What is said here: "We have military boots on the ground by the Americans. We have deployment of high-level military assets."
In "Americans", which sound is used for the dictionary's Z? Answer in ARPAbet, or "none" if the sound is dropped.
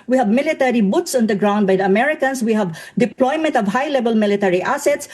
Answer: S